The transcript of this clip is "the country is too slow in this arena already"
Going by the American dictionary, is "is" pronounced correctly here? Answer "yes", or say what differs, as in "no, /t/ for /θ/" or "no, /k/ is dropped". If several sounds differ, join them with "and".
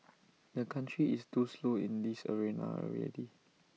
no, /s/ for /z/